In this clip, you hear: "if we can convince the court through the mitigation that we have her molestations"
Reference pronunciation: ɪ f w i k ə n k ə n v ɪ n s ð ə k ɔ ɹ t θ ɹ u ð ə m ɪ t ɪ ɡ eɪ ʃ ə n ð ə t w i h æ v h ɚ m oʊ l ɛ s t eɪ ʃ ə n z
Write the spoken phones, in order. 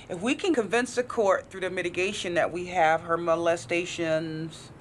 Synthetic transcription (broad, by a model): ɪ f w i k ə n k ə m v ɪ n s ð ə k ɔ ɹ t θ ɹ u ð ə m ɪ t ɪ ɡ eɪ ʃ ə n ð ə t w i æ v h ɚ m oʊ l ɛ s t eɪ ʃ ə n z